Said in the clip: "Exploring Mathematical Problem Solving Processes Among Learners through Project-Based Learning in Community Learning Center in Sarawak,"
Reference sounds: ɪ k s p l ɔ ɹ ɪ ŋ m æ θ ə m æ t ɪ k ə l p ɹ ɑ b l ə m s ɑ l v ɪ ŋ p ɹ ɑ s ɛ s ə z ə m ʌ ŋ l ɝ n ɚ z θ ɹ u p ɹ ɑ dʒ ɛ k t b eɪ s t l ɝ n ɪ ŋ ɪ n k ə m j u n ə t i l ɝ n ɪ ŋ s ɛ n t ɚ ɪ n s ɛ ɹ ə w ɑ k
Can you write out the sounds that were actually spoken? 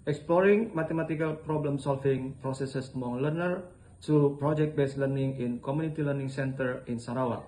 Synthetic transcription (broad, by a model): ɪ k s p l ɔ ɹ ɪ ŋ m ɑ t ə m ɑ t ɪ k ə l p ɹ ɑ b l ə m s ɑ l f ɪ ŋ p ɹ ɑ s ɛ s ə s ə m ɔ ŋ l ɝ n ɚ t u p ɹ ɑ dʒ ɛ k t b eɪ s l ɝ n ɪ ŋ ɪ n k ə m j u n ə t i l ɝ n ɪ ŋ s ɛ n t ɚ ɪ n s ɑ ɹ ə w ɑ